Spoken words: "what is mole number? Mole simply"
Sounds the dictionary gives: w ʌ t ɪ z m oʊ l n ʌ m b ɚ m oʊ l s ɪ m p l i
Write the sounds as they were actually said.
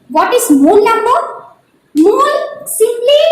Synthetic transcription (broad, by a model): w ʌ t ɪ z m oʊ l l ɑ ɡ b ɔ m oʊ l s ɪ m p l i